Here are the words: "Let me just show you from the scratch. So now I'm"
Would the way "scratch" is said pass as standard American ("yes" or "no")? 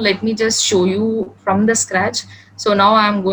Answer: yes